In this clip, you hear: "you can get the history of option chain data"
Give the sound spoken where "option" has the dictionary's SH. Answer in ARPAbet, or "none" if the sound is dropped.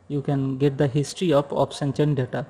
S